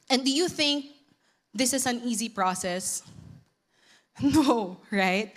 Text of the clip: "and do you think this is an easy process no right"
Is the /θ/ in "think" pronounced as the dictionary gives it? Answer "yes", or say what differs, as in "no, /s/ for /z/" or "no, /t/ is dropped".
yes